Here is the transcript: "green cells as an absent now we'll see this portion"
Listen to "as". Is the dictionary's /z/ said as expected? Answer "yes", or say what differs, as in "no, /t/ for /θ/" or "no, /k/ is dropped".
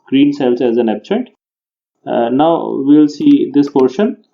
yes